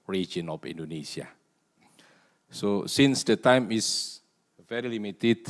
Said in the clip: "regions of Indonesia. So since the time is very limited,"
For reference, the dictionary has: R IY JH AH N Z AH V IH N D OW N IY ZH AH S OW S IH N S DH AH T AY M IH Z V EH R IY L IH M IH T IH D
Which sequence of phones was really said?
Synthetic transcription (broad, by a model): R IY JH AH N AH F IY N D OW N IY S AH S OW S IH N S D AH T AY M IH S V EH R IY L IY M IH T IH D